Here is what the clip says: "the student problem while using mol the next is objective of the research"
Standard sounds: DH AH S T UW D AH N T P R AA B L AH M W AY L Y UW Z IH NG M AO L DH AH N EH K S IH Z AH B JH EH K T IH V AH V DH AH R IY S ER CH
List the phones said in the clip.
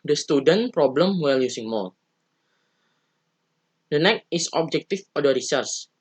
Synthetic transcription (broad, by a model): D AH S T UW D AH N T P R AA B L AH M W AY L Y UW S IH NG M AO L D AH N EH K IH S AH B JH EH K T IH F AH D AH R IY S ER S